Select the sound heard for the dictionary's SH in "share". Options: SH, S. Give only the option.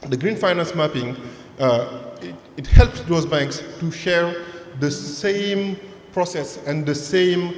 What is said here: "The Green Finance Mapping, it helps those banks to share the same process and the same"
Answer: SH